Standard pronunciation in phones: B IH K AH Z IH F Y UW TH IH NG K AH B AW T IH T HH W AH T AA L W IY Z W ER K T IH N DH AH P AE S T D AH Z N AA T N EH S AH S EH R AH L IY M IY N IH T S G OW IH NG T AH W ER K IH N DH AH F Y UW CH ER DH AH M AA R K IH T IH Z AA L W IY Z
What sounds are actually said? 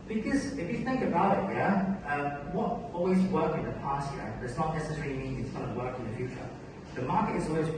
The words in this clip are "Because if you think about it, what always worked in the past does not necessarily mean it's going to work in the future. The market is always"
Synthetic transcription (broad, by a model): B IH K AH Z IH F Y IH TH IH NG K AH B AW T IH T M W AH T AA L W IY Z W ER K IH N DH AH P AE S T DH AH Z N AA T N EH S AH S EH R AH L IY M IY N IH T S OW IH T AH W ER K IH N DH AH F Y UW CH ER DH AH M AA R K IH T IH Z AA L W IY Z